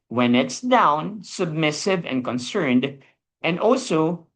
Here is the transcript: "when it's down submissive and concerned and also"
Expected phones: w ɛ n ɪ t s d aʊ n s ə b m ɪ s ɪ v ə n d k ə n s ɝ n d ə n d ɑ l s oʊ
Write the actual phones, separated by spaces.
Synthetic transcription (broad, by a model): w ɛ n ɪ t s d aʊ n s ə b m ɪ s ɪ v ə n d k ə n s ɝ n d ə n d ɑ l s oʊ